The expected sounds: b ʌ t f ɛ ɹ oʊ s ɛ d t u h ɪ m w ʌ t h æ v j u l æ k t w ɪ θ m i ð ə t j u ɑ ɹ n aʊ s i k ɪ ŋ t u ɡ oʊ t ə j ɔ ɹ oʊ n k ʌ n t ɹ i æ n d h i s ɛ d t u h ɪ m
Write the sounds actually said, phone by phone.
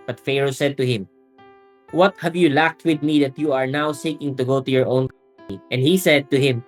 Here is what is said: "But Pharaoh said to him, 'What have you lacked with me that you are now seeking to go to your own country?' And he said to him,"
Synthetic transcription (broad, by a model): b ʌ t f ɛ ɹ oʊ s ɛ d t u h ɪ m w ʌ t h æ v j u l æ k t w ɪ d m i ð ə t j u ɑ ɹ n aʊ s i k ɪ ŋ t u ɡ oʊ t ə j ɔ ɹ oʊ n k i t i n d h i s ɛ d t u h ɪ m